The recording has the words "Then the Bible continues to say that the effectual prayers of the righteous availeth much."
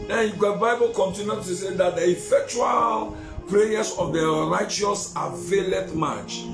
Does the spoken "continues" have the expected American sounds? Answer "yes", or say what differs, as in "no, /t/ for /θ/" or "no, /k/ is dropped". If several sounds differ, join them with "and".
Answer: no, /z/ is dropped